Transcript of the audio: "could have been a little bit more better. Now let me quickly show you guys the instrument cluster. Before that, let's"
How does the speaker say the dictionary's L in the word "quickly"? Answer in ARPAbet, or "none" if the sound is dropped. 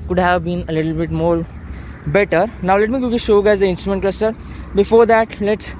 none